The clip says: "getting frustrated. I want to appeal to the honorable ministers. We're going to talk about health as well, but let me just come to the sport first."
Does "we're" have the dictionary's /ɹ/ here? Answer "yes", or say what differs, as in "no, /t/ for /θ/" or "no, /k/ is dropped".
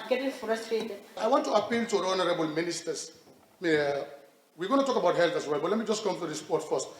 no, /w/ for /ɹ/